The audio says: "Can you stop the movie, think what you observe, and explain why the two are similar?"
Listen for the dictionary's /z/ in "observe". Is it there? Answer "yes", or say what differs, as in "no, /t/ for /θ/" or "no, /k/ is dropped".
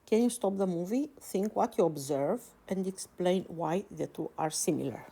yes